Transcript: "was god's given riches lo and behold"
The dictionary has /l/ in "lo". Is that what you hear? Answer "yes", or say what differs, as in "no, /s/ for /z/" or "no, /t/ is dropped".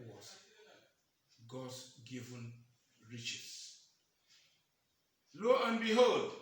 yes